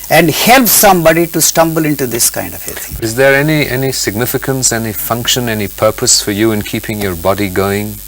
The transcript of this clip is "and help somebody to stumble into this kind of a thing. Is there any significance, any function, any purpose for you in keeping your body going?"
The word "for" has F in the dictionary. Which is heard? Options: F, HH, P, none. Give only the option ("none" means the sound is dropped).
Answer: F